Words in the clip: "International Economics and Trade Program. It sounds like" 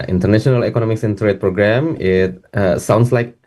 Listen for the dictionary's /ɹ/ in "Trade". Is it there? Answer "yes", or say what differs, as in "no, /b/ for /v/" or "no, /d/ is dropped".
yes